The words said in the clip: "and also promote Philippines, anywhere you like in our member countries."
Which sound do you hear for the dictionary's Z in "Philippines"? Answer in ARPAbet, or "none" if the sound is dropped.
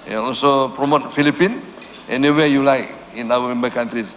none